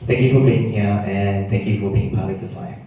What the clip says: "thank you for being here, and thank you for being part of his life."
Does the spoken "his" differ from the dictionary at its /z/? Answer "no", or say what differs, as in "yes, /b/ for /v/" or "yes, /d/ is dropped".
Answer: yes, /s/ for /z/